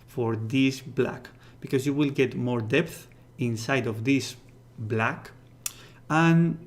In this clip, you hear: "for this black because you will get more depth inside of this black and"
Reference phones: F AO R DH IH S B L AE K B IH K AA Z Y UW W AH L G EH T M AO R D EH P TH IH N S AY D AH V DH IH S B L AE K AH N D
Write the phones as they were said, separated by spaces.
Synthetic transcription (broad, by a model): F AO R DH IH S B L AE K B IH K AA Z Y UW W AH L G EH T M AO R D EH P TH IH N S AY D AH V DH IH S B L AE K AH N